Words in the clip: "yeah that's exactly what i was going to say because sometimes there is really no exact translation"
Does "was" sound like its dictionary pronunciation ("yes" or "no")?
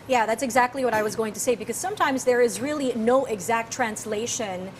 yes